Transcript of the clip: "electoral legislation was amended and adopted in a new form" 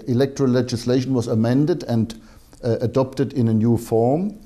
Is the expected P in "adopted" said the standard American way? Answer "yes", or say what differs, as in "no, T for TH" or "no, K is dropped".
yes